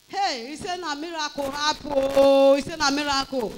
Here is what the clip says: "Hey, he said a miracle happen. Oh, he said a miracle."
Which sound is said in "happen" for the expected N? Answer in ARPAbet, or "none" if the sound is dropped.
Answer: none